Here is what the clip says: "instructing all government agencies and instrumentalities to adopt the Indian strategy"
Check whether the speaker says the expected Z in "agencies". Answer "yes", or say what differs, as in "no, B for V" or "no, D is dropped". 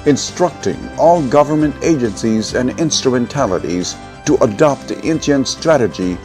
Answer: yes